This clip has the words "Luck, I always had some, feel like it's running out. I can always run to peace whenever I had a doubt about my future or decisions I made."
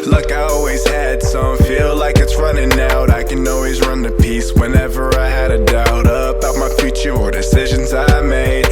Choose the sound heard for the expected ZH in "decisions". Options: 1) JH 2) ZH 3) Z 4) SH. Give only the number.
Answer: 2